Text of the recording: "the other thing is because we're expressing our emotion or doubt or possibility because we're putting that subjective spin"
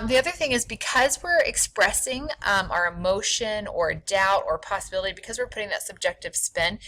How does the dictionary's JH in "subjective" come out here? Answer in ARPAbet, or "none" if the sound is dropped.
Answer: JH